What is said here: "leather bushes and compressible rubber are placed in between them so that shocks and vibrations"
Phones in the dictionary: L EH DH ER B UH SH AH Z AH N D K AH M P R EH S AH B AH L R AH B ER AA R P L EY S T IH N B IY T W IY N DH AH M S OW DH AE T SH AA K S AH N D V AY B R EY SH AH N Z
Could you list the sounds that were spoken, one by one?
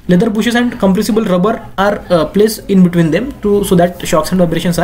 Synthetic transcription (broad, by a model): L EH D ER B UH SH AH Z AH N D K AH M P R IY S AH B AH L R AH B ER AA R P L EY S IH N B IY T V IY N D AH M S OW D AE T SH AA K S AH N D V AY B R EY SH AH N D